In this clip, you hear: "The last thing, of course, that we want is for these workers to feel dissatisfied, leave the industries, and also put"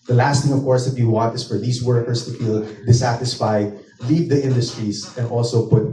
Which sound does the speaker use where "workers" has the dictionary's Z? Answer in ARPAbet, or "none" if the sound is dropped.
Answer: S